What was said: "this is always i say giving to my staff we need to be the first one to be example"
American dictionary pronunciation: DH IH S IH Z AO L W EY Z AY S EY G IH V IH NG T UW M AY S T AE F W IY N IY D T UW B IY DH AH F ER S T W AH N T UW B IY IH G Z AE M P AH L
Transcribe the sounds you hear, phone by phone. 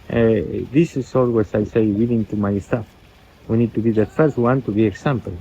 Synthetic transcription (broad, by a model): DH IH S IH S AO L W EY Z AY S EY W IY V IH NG T UW M AY S T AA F W IY N IY D T UW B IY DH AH F ER S T W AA N T UW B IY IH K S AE M P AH L